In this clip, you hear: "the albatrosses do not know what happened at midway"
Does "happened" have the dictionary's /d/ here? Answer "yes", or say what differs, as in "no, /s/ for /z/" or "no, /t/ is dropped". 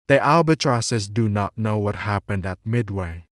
yes